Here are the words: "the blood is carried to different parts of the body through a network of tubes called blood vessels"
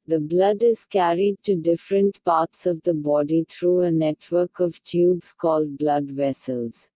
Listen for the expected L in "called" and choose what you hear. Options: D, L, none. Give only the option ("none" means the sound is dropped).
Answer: L